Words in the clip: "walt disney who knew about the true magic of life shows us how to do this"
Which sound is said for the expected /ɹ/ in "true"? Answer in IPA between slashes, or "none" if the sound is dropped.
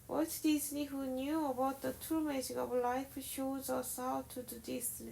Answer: none